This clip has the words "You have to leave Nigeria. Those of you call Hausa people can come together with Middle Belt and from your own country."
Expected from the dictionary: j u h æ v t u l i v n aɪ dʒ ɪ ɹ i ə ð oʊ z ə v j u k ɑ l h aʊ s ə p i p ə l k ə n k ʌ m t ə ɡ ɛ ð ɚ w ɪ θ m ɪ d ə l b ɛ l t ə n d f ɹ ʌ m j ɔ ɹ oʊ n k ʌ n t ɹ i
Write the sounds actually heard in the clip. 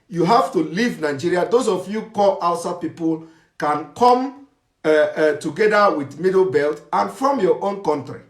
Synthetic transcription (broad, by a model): j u h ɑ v t u l i v n aɪ dʒ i ɹ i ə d oʊ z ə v j u k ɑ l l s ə p i p ə l k ə n k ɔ m t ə ɡ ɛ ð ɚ w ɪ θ m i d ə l b ɛ l t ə n f ɹ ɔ m j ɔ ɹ oʊ n k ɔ n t ɹ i